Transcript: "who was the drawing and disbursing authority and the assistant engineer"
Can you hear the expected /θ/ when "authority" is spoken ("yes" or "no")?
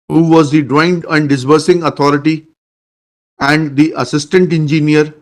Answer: no